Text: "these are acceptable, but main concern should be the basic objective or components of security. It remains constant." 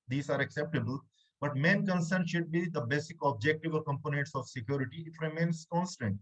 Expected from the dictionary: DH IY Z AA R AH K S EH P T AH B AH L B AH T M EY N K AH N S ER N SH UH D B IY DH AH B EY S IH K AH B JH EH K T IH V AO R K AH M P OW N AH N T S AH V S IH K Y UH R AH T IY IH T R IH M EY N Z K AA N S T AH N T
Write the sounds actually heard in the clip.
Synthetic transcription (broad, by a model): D IY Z AA R AH K S EH P T AH B AH L B AH T M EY N K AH N S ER N SH UH D B IY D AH B EY S IH K AH B JH EH K T IH V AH L K AH M P OW N AH N T S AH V S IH K Y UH R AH T IY IH T R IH M EY N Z K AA N S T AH N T